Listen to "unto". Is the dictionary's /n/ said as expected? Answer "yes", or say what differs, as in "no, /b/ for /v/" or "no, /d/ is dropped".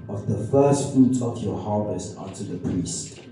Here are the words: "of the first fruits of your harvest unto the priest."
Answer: no, /n/ is dropped